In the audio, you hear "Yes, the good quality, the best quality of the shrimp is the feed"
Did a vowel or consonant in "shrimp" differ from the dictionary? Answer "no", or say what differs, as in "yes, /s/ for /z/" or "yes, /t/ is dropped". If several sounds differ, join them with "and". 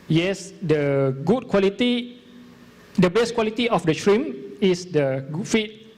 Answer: yes, /p/ is dropped